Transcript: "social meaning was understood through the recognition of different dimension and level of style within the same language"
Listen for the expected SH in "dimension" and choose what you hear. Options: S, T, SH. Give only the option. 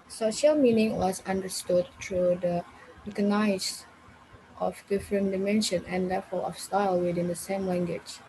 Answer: SH